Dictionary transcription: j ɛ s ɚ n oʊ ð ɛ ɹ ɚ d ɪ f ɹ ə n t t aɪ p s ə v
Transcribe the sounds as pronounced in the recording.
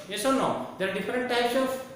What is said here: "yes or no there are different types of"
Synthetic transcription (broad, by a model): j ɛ s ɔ n oʊ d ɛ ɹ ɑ d ɪ f ɹ ə n t t aɪ p s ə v